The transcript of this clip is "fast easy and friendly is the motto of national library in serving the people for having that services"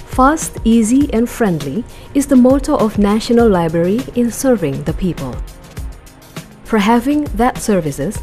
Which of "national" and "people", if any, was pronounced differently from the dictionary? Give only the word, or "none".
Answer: none